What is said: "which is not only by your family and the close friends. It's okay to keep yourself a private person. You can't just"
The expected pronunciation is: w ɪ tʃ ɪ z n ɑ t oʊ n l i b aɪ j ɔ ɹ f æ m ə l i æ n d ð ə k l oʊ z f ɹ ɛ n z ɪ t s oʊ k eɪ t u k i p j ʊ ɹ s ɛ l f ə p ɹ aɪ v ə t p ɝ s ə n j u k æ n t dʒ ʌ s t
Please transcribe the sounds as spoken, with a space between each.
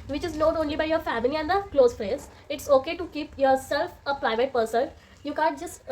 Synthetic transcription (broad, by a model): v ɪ tʃ ɪ z n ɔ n oʊ n l i b aɪ j ɔ ɹ f æ m ə l i æ n d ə k l oʊ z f ɹ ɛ z ɪ t s oʊ k eɪ t u k i p j ʊ ɹ s ɛ l f ə p ɹ aɪ v ə t p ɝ s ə l j u k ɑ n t dʒ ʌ s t